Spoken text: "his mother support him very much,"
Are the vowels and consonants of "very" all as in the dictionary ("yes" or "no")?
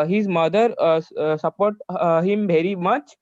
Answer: no